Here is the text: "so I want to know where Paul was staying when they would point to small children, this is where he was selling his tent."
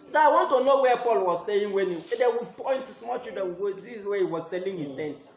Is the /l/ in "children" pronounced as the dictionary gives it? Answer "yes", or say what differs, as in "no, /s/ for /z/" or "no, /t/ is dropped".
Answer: no, /l/ is dropped